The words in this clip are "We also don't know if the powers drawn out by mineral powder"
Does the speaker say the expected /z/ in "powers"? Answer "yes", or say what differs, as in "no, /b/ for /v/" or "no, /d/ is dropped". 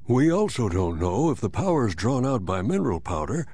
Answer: yes